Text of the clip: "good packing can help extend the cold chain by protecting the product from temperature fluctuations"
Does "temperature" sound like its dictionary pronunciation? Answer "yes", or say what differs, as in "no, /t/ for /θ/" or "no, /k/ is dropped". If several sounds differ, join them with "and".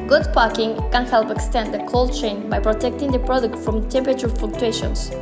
no, /ɹ/ is dropped